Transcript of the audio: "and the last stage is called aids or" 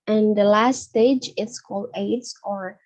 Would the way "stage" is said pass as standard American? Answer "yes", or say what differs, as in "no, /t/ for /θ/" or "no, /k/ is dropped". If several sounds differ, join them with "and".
yes